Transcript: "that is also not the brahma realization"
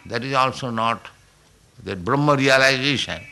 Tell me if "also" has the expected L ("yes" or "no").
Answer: yes